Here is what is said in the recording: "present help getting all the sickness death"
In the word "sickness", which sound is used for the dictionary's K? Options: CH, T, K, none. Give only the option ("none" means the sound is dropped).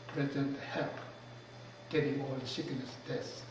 none